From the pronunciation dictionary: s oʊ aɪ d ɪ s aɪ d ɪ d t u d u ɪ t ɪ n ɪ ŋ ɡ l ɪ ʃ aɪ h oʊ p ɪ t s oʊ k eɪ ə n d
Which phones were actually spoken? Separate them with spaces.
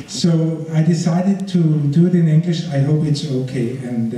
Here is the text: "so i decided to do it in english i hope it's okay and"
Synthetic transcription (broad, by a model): s oʊ aɪ d ɪ s aɪ d ɪ d t u d u ɪ t ɪ n ɪ ŋ ɡ l ɪ ʃ aɪ h oʊ p ɪ t s oʊ k eɪ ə n